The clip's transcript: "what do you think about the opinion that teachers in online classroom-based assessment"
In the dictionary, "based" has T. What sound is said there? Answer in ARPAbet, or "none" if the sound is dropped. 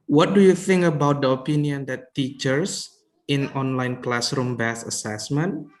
none